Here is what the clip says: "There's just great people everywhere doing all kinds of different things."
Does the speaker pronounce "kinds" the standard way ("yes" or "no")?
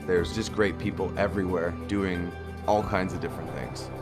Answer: yes